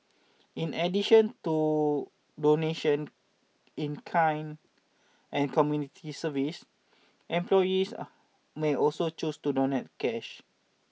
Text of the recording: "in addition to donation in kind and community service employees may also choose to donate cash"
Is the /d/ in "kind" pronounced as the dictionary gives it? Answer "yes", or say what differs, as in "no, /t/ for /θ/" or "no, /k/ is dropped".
no, /d/ is dropped